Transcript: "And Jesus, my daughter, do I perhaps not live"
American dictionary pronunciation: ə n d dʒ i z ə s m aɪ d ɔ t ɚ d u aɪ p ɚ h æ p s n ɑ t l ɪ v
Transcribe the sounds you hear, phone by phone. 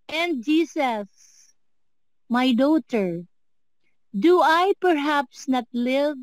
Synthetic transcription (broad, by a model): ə n d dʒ i s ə s m aɪ d ɔ t ɚ d u aɪ p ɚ h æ p s n ɑ t l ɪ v